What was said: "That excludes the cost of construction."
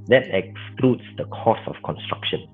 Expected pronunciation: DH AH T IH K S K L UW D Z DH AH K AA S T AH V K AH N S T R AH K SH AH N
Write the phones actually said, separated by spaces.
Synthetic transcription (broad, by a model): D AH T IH K S K L UW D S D AH K AA S AH F K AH N S T R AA K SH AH N